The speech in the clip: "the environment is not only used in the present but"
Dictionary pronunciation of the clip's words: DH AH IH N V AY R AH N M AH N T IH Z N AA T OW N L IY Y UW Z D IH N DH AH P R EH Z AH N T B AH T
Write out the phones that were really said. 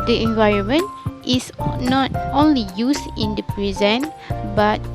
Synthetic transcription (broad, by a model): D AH IH N V AY R AH N M AH N T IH S N AA T OW N L IY Y UW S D IH N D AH P R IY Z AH N B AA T